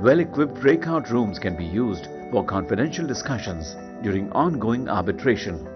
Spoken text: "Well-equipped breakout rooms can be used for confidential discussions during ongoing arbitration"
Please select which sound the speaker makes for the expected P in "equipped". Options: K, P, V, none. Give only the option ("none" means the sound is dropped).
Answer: P